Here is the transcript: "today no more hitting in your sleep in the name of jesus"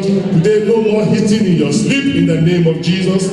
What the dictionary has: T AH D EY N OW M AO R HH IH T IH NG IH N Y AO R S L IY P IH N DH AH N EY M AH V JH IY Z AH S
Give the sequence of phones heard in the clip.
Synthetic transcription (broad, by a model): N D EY L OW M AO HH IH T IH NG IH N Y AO S L IY P IH N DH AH N EY M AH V JH IY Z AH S